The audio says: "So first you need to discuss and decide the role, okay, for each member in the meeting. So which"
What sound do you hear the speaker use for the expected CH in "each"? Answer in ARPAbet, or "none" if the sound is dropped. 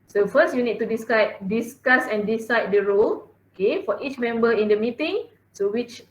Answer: CH